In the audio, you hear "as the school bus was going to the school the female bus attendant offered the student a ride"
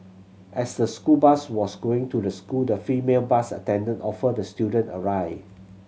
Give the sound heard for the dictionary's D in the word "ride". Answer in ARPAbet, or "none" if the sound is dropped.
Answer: none